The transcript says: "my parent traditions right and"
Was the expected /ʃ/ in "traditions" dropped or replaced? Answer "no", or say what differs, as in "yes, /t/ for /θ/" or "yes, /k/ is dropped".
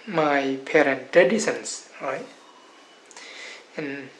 yes, /s/ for /ʃ/